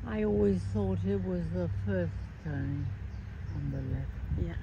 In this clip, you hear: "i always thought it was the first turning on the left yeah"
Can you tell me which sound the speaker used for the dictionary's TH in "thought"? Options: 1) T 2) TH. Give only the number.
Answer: 2